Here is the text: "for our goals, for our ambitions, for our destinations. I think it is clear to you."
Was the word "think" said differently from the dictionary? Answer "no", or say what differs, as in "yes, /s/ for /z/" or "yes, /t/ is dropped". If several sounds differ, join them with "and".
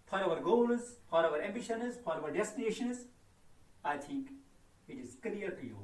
yes, /t/ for /θ/